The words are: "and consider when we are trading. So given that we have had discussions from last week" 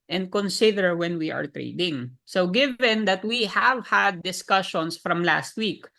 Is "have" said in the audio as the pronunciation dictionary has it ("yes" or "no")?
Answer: yes